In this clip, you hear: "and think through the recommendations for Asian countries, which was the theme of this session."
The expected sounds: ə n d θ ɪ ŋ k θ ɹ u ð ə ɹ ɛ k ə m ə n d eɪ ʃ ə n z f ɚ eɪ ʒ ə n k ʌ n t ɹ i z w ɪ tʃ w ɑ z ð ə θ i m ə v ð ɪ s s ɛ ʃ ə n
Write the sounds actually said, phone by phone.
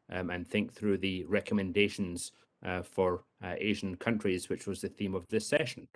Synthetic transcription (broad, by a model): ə n θ ɪ ŋ k θ ɹ u ð ə ɹ ɛ k ə m ə n d eɪ ʃ ə n z f ɚ eɪ ʒ ə n k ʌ n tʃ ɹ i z w ɪ tʃ w ɑ z ð ə θ i m ə v ð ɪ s s ɛ ʃ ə n